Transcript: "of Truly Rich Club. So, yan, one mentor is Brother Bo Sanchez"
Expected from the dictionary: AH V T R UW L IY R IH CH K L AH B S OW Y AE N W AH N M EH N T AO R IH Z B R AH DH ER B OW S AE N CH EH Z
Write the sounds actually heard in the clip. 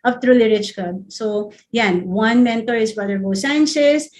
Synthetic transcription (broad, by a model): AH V T R UW L IY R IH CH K AH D S OW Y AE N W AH N M EH N T AO R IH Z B AH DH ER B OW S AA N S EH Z